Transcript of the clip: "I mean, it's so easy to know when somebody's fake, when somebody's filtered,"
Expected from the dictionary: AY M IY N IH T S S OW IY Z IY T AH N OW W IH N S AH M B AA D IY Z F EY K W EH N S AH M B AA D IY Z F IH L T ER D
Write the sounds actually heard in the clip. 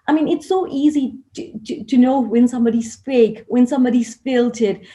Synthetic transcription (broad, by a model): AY M IY N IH T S S OW IY Z IY T AH N OW W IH N S AH M B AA D IY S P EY K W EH N S AH M B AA D IY S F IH L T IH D